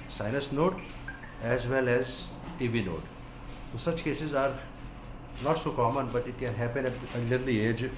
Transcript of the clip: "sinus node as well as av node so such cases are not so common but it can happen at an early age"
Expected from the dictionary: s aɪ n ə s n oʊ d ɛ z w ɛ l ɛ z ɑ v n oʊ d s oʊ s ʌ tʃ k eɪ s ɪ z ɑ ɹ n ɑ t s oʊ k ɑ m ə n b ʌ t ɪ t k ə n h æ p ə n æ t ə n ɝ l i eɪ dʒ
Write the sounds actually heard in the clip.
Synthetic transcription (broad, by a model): s aɪ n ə s n oʊ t ɛ z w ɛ l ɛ z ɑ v n oʊ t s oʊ s ʌ tʃ k eɪ s ɪ z ɑ ɹ n ɑ t s oʊ k ɑ m ə n b ʌ t ɪ t k ə n h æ p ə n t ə l ɝ l i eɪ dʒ